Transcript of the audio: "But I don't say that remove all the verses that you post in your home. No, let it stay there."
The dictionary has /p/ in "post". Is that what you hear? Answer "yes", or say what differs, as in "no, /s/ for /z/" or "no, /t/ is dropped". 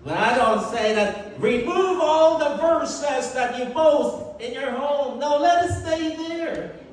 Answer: no, /b/ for /p/